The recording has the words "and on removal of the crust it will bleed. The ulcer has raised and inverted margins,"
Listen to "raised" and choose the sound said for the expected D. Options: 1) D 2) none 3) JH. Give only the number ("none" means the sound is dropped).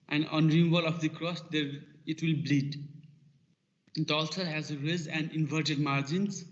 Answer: 2